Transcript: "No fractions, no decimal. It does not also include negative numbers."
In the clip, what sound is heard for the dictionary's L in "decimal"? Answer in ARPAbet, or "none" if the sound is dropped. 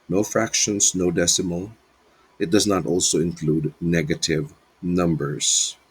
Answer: L